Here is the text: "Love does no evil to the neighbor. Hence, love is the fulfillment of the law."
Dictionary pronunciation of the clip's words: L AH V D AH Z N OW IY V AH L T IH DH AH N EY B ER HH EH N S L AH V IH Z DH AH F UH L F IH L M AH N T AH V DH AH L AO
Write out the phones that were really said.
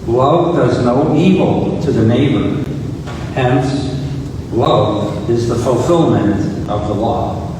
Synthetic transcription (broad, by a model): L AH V D AH Z N OW IY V L T IH DH AH N EY B ER HH EH N S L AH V IH Z DH AH F L F IH L M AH N T AH V DH AH L AO